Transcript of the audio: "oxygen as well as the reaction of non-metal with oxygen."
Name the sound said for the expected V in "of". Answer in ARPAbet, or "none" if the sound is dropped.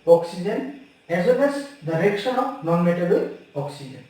P